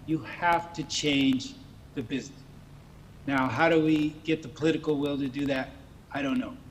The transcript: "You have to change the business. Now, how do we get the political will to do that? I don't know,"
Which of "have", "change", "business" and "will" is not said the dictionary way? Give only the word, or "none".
have